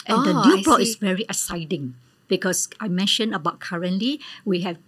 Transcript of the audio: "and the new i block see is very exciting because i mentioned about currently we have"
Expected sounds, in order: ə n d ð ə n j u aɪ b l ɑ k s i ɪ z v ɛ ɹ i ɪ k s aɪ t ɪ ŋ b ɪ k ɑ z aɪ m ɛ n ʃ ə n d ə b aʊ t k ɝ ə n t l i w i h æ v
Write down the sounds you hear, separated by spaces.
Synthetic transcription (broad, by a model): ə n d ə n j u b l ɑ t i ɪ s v ɛ ɹ i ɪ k s aɪ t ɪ ŋ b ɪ k ɑ s aɪ m ɛ n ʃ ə n ə b aʊ t k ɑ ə n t l i w i h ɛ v